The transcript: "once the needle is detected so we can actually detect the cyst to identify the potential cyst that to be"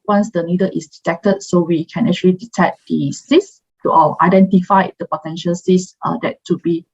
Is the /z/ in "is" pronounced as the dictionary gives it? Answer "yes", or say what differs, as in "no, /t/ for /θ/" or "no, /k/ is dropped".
no, /s/ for /z/